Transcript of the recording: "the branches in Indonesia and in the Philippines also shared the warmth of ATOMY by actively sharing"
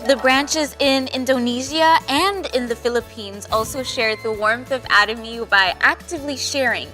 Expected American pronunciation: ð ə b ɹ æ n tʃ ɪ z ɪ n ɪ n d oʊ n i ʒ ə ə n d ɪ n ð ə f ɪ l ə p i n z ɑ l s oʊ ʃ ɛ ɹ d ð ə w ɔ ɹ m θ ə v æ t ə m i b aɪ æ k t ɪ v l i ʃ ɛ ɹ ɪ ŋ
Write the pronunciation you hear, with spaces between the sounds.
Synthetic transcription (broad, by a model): ð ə b ɹ æ n tʃ ɪ z ɪ n ɪ n d oʊ n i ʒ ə ə n d ɪ n ð ə f ɪ l ə p i n z ɑ l s oʊ ʃ ɛ ɹ d ð ə w ɔ ɹ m θ ə v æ t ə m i b aɪ æ k t ɪ v l i ʃ ɛ ɹ ɪ ŋ